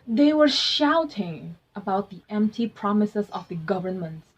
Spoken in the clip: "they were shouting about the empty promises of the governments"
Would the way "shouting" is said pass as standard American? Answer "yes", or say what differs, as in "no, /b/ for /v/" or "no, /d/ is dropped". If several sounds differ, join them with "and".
yes